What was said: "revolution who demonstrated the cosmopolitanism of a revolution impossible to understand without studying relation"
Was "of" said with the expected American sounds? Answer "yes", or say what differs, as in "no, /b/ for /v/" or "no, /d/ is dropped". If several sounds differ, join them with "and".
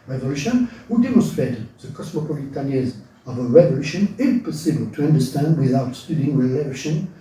yes